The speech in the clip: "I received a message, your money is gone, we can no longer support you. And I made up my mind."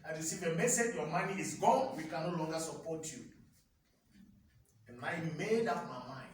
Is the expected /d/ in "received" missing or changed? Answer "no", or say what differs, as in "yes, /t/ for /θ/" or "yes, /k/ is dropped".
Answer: yes, /d/ is dropped